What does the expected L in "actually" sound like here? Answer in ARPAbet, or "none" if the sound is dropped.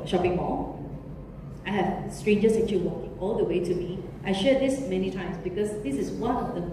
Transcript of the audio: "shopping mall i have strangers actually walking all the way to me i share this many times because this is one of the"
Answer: none